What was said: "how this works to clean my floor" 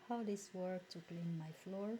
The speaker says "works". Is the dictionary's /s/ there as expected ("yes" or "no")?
no